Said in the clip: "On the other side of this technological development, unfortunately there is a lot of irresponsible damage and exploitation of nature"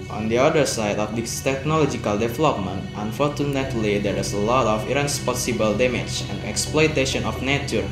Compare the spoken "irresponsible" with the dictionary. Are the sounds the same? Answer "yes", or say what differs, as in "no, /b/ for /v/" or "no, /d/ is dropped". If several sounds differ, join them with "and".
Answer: no, /n/ is dropped